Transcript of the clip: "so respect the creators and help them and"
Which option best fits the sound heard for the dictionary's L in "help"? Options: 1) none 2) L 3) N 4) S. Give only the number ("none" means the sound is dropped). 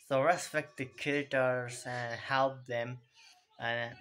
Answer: 2